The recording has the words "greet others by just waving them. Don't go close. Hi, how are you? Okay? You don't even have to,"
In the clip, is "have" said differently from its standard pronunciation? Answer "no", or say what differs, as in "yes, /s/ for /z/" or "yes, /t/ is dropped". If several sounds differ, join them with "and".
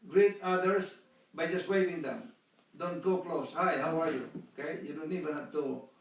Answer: yes, /p/ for /v/